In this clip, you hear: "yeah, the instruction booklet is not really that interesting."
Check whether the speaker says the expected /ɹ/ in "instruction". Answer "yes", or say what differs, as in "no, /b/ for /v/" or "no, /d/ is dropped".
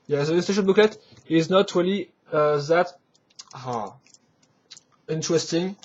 no, /ɹ/ is dropped